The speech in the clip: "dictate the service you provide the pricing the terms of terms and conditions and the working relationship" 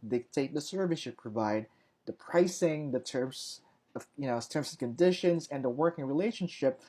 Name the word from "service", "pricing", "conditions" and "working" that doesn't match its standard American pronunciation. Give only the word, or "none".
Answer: none